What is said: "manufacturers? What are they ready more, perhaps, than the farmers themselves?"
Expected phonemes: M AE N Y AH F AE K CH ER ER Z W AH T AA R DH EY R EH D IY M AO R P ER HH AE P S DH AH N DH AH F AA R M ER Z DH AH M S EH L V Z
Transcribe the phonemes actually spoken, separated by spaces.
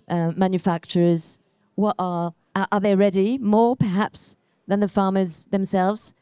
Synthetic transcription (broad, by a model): M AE N Y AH F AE K CH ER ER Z W AH T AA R DH EY R EH D IY M AO R P ER HH AE P S DH AH N DH AH F AA R M ER Z DH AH M S EH L V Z